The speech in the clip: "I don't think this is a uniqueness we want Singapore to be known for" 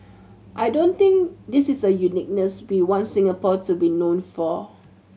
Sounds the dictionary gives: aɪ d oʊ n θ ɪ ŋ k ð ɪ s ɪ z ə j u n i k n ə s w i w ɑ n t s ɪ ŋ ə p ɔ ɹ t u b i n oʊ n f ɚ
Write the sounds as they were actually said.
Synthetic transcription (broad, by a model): aɪ d oʊ n t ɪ ŋ k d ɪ s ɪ s ə j u n i k n ə s w i w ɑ n s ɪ ŋ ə p ɔ t u b i n oʊ n f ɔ